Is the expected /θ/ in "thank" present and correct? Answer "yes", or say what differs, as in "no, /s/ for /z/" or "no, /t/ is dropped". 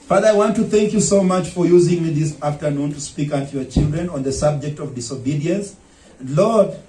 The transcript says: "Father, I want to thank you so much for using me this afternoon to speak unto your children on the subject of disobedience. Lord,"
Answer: yes